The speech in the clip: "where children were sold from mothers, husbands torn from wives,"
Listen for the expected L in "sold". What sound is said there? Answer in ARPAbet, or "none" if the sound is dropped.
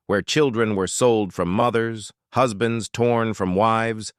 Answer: L